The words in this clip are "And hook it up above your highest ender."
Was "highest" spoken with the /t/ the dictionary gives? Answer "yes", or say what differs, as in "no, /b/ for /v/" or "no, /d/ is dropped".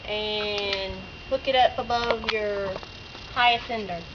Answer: no, /t/ is dropped